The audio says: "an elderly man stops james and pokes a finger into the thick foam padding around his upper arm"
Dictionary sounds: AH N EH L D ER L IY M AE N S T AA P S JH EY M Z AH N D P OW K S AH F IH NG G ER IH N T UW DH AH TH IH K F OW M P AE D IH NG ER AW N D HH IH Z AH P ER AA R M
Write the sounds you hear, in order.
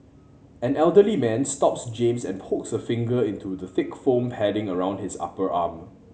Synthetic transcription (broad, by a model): AH N EH L D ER L IY M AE N S T AA P S JH EY M S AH N P OW K S AH F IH NG G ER IH N T UW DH AH TH IH K F OW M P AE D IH NG ER AW N D HH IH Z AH P ER AA M